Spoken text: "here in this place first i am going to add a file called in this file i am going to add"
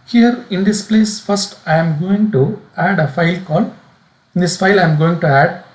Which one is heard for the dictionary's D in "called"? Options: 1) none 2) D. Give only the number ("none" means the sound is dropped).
1